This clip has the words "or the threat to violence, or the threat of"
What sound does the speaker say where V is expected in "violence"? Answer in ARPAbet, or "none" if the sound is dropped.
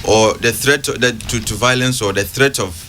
V